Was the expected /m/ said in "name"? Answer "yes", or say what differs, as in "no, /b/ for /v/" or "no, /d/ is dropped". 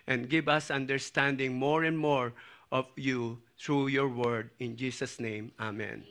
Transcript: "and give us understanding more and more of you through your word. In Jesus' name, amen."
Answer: yes